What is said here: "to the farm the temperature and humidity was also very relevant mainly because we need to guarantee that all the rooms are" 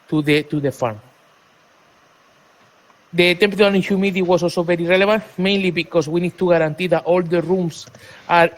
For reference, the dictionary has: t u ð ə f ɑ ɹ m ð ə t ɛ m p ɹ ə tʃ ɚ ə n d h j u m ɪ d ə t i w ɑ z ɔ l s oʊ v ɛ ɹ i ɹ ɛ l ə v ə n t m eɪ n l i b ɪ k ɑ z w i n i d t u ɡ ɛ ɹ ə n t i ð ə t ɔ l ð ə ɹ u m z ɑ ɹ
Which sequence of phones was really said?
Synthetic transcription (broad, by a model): t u ð ə f ɑ ɹ m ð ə t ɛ m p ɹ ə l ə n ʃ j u m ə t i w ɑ s ɔ l s oʊ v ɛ ɹ i ɹ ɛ l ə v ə n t m eɪ n l i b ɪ k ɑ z w i n i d t u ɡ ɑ ɹ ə n t i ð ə t ɔ l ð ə ɹ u m s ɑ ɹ